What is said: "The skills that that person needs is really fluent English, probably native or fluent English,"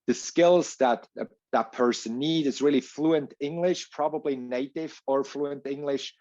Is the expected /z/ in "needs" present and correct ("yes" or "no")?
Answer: no